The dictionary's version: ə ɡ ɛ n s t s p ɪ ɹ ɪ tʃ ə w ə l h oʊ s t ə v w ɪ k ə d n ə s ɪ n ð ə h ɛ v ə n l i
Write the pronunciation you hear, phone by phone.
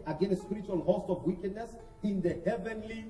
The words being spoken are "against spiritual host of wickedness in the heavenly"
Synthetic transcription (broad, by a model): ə ɡ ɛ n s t s p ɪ ɹ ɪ tʃ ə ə l h oʊ s t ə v w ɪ k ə d n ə s ɪ n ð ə h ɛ v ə n l i